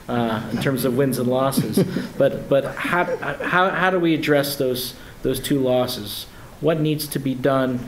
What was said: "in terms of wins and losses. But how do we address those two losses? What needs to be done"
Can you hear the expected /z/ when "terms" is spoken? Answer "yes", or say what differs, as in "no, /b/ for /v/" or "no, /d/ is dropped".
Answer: yes